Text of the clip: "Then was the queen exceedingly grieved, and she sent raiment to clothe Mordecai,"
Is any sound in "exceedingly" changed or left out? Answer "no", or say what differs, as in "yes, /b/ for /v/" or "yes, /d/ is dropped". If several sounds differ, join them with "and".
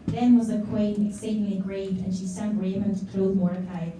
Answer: no